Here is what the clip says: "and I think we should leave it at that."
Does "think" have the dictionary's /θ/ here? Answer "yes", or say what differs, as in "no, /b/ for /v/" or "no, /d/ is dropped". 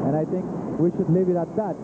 no, /t/ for /θ/